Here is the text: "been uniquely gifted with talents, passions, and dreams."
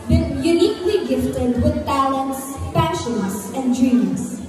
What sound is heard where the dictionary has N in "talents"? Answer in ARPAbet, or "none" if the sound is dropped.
N